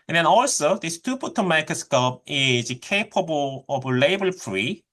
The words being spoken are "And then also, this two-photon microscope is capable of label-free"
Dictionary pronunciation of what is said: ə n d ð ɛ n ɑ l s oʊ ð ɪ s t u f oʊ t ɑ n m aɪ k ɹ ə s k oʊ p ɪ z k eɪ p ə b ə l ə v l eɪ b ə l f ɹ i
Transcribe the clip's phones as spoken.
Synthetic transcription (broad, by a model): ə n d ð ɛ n ɑ l s oʊ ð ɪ s t u p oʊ t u m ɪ k ə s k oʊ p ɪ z k eɪ p ə b ə l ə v l eɪ b ə l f ɹ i